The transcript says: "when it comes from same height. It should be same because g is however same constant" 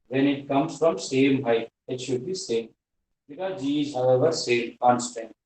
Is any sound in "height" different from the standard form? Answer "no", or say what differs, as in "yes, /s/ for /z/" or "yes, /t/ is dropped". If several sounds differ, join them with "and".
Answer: yes, /t/ is dropped